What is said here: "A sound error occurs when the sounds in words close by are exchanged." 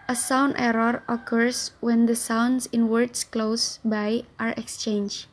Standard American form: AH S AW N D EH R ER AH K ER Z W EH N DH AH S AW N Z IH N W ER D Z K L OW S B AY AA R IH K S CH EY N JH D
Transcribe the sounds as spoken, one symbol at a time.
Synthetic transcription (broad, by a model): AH S AW N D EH R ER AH K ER S W EH N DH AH S AW N S IH N W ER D S K L OW S B AY AA R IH K S CH EY N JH